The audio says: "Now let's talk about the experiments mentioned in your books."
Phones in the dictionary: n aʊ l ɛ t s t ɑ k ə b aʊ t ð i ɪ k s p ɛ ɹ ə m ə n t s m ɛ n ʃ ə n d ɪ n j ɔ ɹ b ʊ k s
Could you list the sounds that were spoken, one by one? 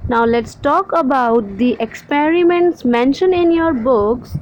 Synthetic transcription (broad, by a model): n aʊ l ɛ t s t ɑ k ə b aʊ t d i ɪ k s p ɛ ɹ ə m ə n t s m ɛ n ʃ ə n ɪ n j ɔ ɹ b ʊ k s